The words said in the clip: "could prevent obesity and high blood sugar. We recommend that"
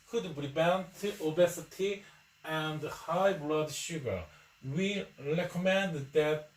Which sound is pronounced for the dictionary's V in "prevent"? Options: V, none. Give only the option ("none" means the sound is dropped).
none